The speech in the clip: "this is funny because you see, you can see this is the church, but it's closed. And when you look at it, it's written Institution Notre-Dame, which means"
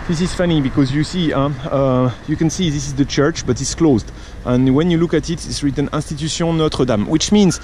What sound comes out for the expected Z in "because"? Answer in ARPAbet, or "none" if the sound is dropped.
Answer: Z